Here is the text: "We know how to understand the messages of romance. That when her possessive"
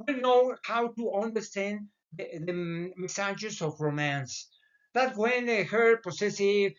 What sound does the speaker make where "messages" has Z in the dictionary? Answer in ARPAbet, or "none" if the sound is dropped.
S